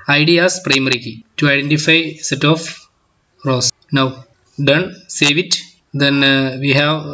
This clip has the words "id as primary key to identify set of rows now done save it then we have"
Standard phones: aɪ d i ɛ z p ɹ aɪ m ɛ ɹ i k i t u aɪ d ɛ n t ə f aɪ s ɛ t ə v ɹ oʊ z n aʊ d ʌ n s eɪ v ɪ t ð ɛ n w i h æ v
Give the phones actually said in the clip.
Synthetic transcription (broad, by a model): aɪ d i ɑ s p ɹ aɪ m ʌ ɹ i k i t u aɪ d ɛ n t ə f aɪ s ɛ t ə f ɹ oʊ s n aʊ d ʌ n s eɪ v ɪ t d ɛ n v i h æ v